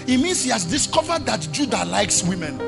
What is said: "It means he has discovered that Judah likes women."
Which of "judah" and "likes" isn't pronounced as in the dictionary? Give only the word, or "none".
none